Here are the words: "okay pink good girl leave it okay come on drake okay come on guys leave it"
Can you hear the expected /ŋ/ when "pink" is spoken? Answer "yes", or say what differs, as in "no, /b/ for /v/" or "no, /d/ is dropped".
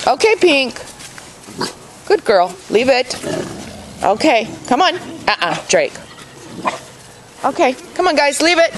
yes